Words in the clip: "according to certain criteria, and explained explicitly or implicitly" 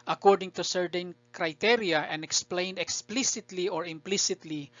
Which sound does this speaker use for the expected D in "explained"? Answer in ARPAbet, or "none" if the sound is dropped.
D